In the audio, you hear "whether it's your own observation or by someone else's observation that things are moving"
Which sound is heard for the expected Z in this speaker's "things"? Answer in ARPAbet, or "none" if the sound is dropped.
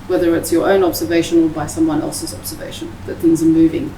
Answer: Z